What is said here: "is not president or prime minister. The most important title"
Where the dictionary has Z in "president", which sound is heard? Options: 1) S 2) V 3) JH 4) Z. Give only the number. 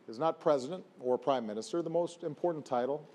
4